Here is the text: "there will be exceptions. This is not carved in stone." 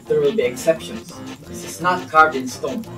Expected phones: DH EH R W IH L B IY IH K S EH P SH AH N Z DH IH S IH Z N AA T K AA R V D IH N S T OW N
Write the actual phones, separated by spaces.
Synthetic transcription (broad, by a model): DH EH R W IH L B IY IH K S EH P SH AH N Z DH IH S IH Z N AA T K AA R D IH N S T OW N